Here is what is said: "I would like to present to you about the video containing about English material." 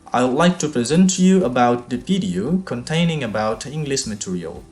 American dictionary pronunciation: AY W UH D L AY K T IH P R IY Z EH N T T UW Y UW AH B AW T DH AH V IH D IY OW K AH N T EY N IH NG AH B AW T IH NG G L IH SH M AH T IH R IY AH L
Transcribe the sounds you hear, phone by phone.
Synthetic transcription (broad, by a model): AY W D L AY K T IH P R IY Z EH N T T UW Y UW AH B AW T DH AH P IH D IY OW K AH N T EY N IH NG AH B AW T IH NG G L IH SH M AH T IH R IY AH L